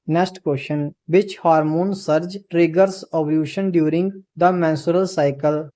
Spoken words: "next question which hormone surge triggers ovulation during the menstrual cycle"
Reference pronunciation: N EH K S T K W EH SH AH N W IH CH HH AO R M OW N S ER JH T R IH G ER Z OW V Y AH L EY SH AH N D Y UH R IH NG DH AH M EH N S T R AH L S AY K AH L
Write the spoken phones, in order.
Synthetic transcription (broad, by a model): N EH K S T K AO SH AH N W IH CH HH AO R M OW N S ER JH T R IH G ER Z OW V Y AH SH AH N D Y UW R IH NG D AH M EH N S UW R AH L S AY K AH L